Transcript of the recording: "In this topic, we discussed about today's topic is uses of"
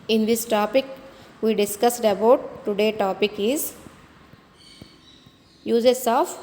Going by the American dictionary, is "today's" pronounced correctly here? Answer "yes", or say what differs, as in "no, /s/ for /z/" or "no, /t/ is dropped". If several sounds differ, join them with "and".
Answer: no, /z/ is dropped